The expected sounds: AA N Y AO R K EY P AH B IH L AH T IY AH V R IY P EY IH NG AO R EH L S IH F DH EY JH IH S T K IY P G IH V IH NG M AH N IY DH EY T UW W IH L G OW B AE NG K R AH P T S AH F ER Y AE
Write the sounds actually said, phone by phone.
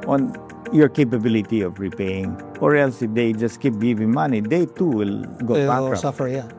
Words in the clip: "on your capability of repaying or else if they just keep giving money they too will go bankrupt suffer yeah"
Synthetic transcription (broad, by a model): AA N Y AO R K EY P AH B IH L AH T IY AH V R IY P EY IH NG AO R EH L S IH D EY JH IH S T K IY P G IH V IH NG M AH N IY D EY T UW W IH L G OW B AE K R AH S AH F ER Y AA